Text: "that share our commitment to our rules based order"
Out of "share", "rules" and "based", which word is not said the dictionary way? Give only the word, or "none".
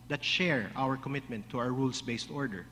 rules